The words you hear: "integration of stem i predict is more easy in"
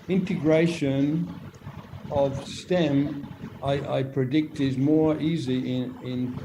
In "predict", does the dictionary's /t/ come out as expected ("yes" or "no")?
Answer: yes